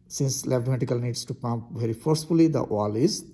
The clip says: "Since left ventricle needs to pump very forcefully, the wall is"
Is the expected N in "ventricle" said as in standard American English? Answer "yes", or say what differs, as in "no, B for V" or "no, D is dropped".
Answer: no, N is dropped